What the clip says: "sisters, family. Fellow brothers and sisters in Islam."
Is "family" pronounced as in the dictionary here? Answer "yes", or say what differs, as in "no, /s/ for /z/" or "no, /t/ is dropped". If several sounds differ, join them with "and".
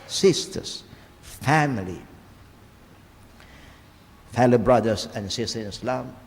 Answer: yes